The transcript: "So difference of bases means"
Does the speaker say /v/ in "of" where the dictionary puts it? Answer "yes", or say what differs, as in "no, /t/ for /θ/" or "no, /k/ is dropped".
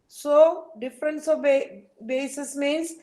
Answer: no, /b/ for /v/